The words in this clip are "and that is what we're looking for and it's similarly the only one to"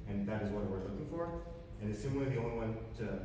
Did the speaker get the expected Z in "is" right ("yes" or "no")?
yes